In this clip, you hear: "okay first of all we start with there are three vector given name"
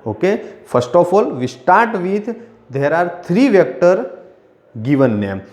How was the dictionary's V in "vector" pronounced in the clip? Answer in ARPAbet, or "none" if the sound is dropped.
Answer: V